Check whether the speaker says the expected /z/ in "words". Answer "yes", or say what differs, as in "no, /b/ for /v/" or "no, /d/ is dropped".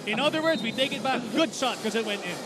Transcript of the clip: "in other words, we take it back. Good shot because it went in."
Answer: yes